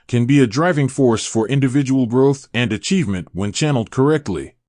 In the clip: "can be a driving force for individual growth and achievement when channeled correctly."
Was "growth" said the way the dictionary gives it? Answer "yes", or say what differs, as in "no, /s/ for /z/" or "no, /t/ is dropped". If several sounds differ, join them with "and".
yes